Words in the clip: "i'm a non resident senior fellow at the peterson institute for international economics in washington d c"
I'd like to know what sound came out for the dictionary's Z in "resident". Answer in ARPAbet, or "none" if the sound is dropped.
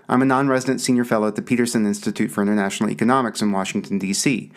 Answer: Z